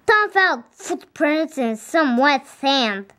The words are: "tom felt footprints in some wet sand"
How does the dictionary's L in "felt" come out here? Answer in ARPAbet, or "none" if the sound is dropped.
L